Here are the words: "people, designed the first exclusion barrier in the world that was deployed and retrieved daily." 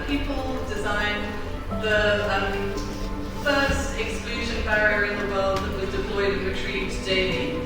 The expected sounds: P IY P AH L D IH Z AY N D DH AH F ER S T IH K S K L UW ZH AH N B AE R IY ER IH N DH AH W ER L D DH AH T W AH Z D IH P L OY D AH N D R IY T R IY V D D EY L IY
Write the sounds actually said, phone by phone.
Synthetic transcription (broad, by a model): P IY P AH L D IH Z AY N DH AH F ER S T IH K S K L UW ZH AH N B AE R IY ER IH N DH AH W ER L D DH AH T W AH Z D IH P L OY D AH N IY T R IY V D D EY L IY